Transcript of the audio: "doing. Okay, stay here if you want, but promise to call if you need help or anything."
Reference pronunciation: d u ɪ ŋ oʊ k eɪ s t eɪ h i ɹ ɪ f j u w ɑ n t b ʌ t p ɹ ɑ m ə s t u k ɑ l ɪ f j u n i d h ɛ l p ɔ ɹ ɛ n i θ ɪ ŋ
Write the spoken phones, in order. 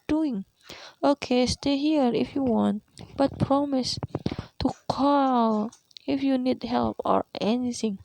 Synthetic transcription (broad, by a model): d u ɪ ŋ oʊ k eɪ s t eɪ h i ɹ ɪ f j u w ɑ n t b ʌ t p ɹ ɑ m ə s t u k ɑ l ɪ f j u n i d h ɛ l p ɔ ɹ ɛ n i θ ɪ ŋ